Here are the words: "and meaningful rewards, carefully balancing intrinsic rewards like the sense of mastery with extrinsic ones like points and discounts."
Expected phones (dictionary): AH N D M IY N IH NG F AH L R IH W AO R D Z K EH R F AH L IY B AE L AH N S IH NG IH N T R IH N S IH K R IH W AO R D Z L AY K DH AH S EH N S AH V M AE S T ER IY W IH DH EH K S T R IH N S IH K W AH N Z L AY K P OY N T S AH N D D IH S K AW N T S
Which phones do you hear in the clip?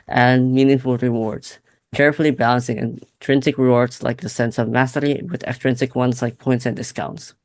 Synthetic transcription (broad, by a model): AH N M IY N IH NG F L R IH W AO R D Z K EH R F L IY B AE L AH N S IH NG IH N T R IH N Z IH K R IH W AO R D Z L AY K DH AH S EH N S AH V M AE S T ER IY W IH DH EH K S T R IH N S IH K W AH N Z L AY K P OY N T S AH N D D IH S K AW N T S